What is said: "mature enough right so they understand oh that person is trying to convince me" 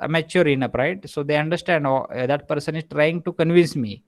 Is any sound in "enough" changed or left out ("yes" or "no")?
yes